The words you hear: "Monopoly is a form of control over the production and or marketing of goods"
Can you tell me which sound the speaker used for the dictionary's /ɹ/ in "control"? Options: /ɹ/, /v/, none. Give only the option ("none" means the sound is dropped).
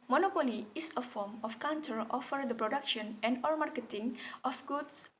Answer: none